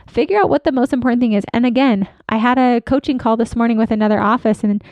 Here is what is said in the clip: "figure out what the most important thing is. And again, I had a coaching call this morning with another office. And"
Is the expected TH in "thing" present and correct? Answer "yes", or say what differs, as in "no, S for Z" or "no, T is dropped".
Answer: yes